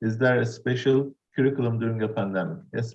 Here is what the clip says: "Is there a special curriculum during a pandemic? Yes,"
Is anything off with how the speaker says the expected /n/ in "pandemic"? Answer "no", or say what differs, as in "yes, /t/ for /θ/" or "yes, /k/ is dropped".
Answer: no